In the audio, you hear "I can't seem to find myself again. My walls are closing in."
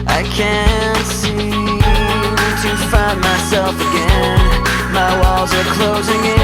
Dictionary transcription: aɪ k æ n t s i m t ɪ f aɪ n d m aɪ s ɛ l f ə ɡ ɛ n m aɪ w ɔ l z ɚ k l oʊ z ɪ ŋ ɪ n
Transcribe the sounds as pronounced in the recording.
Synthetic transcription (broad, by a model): aɪ k æ n t s i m t ɪ f aɪ n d m aɪ s ɛ l f ə ɡ ɛ n m aɪ w ɔ l z ɚ k l oʊ z ɪ ŋ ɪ